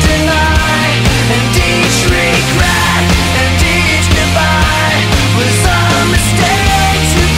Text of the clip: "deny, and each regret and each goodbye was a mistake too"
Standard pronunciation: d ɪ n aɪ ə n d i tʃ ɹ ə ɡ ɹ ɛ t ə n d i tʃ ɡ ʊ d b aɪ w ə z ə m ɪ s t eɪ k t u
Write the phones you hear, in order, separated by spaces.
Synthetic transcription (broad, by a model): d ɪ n aɪ ə n d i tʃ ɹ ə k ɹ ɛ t ə n d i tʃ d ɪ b aɪ w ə s ə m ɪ s t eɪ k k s